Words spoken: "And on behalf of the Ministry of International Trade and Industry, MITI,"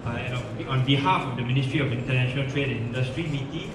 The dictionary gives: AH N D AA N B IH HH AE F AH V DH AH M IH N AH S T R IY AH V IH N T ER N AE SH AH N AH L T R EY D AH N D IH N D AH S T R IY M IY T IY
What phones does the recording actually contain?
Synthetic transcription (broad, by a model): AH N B AA N B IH HH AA F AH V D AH M IH N AH S T R IY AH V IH N T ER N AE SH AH N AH L T R EY D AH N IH N D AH S T R IY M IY T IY